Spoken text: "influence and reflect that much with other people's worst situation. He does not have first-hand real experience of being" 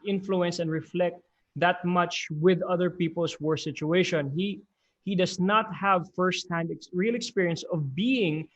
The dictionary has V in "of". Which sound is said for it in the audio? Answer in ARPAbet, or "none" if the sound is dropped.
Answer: V